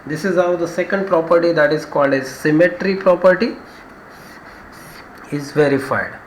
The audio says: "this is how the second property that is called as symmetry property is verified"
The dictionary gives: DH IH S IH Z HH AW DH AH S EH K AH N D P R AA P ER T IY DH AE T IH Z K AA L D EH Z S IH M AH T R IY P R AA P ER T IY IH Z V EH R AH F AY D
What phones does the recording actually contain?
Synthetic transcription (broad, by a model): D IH S IH Z HH AW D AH S EH K AH N D P R AA P ER T IY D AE T IH Z K AA L D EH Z S IH M AH T R IY P R AA P ER T IY IH Z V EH R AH F AY D